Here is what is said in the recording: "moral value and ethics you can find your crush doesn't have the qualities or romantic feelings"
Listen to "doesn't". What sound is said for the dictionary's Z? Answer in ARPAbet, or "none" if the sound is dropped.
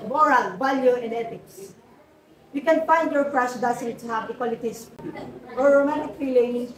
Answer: S